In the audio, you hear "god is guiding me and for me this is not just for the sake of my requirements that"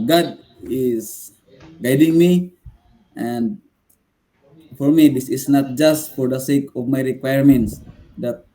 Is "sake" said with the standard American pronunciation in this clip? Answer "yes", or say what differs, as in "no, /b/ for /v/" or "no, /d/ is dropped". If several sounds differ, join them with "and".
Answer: yes